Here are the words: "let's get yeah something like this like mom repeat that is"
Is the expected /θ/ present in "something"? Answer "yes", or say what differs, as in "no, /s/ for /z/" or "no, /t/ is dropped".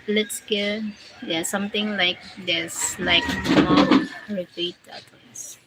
no, /t/ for /θ/